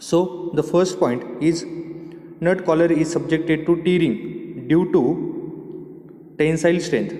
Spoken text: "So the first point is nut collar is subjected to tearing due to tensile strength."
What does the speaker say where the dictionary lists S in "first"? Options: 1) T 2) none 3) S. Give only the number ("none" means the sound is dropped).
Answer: 3